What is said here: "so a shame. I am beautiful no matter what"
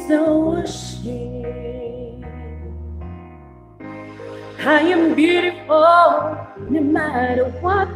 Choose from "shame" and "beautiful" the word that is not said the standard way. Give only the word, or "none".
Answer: shame